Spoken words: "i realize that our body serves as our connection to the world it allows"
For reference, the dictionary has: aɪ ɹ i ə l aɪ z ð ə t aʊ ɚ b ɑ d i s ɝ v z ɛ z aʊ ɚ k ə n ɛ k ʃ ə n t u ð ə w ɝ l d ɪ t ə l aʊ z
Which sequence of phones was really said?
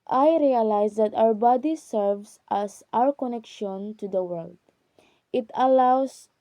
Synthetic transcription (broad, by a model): aɪ ɹ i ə l aɪ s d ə t aʊ ɚ b ɑ d i s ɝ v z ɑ s aʊ ɚ k ə n ɛ k ʃ ə n t u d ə w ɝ l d ɪ t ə l aʊ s